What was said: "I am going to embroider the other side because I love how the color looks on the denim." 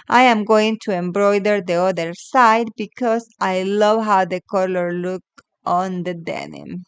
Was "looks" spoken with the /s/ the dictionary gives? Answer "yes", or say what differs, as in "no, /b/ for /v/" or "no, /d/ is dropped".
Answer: no, /s/ is dropped